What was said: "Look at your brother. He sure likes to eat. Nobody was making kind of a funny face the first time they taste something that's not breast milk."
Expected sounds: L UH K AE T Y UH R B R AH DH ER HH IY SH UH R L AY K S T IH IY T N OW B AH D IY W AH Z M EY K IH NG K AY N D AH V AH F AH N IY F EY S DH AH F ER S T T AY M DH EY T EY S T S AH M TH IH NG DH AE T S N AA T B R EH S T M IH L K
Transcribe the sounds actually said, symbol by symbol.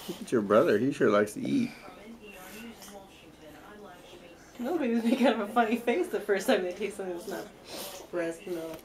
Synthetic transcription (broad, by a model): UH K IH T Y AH R B R AH DH ER HH IY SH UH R L AY K S T IH IY T N OW B AH D IY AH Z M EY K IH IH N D AH V AH F AH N IY F EY S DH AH F ER S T T AY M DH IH T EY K S AH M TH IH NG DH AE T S N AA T B R EH S T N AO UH